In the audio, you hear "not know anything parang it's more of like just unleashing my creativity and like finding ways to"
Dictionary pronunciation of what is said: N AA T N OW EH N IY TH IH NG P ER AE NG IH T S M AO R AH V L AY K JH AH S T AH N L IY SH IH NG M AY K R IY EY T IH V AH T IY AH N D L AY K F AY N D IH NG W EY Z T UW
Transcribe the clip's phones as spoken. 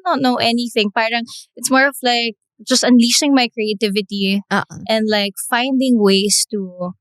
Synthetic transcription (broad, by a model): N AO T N OW EH N IY TH IH NG P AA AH NG IH T S M AO R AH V L AY K JH AH S T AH N L IY S IH NG M AY K R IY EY T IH V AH T IY AH N D L AY K F AY N D IH NG W EY S T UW